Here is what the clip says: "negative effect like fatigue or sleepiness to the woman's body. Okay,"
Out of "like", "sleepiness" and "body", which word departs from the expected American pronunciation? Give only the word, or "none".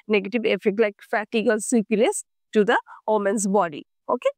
sleepiness